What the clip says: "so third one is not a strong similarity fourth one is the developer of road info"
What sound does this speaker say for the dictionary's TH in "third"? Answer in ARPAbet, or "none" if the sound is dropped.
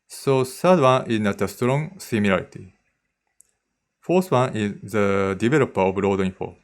S